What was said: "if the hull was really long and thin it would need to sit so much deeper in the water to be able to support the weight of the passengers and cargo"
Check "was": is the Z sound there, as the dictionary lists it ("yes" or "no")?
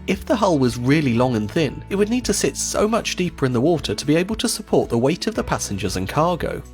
yes